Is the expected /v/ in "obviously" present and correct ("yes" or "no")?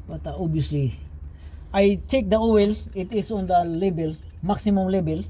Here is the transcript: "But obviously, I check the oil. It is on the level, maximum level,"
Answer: no